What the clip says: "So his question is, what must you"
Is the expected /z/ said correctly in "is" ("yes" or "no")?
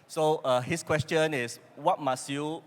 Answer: no